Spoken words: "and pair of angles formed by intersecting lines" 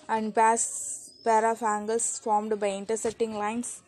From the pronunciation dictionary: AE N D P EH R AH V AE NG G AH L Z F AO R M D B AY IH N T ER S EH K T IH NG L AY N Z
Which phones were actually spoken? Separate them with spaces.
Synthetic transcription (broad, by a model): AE N D P EH R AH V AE NG G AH L S F AO R M D B AY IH N T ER S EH T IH NG L AY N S